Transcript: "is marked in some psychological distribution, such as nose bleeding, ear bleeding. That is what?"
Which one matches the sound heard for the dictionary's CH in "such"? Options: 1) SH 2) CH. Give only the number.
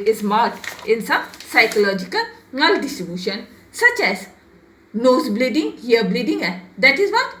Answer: 2